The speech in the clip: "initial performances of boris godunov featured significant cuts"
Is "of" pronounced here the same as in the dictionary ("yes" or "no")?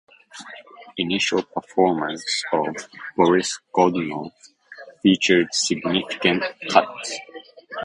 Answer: yes